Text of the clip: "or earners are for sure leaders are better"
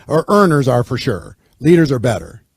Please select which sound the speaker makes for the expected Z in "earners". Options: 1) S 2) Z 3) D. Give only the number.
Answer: 2